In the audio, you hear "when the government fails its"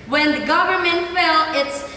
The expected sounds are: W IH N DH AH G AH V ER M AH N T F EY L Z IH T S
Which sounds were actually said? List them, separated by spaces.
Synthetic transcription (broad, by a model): W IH N DH AH G AH V ER M AH N T F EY L IH T S